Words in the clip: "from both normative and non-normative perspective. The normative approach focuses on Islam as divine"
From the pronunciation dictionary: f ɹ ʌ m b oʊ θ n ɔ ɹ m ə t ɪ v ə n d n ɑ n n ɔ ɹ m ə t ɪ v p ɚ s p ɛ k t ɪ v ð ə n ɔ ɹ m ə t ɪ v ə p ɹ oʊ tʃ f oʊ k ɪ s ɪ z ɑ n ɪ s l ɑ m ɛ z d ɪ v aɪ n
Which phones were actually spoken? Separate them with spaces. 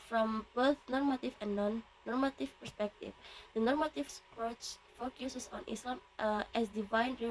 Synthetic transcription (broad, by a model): f ɹ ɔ m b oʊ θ n ɔ ɹ m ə t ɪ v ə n n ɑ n n ɔ ɹ m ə t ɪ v p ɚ s p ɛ k t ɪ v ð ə n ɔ ɹ m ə t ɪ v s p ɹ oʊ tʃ f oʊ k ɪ s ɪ s ɑ n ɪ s ɑ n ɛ s d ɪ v aɪ n